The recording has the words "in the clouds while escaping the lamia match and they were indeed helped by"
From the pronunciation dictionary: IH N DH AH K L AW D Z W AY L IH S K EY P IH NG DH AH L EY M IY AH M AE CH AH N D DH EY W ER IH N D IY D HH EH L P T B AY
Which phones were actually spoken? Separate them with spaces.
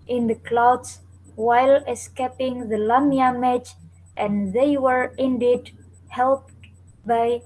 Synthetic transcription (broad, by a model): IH N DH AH K L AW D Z W AY L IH S K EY P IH NG DH AH L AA M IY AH M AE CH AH N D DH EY W ER IH N D IY D HH EH L P T B AY